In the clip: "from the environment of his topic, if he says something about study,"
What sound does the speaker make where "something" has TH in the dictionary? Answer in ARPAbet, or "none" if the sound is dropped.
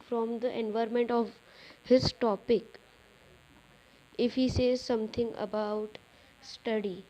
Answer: T